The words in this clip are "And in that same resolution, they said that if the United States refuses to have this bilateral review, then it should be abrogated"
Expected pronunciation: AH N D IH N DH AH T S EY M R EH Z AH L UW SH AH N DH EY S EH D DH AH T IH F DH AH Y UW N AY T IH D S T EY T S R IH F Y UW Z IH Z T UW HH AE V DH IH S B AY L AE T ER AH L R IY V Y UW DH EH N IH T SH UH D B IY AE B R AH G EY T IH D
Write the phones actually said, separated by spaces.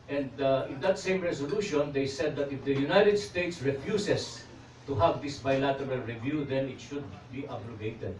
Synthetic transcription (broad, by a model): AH N D IH N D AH T S EY M R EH S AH L UW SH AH N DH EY S EH D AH T IH F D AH Y UW N AY T IH D S T EY T S R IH F Y UW S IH S T UW HH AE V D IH S B AY L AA T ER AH L R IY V Y UW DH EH N IH T SH UH D B IY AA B R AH G EY T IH D